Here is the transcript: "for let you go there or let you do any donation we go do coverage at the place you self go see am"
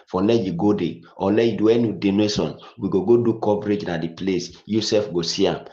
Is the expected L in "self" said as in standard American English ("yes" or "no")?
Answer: no